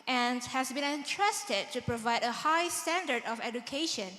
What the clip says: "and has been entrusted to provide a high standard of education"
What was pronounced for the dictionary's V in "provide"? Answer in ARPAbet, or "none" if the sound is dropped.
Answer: V